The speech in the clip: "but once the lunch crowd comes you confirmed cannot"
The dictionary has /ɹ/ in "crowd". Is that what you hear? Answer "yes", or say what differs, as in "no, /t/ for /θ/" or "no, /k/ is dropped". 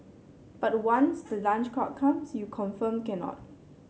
no, /ɹ/ is dropped